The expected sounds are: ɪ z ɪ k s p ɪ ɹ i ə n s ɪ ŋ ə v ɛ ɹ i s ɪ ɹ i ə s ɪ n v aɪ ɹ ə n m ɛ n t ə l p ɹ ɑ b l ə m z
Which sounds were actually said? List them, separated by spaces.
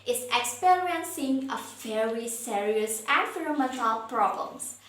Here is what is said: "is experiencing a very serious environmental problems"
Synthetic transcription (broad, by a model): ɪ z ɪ k s p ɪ ɹ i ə n s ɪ ŋ ə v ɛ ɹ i s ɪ ɹ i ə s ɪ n f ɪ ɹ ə m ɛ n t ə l p ɹ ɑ b l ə m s